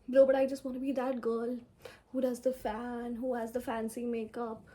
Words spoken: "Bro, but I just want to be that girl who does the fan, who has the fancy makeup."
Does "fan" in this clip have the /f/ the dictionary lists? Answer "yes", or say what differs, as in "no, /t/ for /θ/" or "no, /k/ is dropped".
yes